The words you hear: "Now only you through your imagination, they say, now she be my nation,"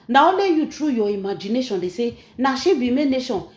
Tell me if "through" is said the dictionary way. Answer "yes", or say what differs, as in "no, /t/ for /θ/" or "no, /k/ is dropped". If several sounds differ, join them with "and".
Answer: no, /t/ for /θ/